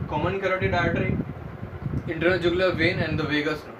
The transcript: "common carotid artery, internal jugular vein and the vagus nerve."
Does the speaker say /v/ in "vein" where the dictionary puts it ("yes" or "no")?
yes